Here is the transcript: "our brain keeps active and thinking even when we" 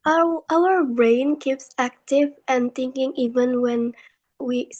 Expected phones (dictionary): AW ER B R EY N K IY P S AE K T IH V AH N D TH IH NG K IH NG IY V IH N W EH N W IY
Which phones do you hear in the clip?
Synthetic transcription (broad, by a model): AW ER B R EY N K IY P S AE K T IH V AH N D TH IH NG K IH NG IY V IH N W EH N W IY